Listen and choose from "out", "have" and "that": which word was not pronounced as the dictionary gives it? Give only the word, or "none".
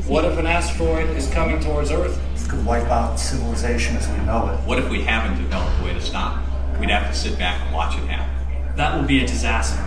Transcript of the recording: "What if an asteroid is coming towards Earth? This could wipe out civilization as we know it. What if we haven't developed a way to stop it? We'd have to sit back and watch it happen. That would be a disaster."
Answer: have